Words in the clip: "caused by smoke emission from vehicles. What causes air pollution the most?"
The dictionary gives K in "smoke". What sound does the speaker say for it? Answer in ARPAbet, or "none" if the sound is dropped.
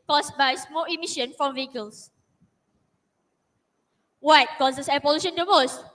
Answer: none